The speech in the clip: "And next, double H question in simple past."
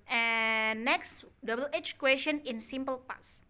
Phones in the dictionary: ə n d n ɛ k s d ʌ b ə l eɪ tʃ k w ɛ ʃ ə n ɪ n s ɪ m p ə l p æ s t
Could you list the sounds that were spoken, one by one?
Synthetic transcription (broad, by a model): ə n n ɛ k s d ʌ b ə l eɪ tʃ k w ɛ ʃ ə n ɪ n s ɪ m p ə l p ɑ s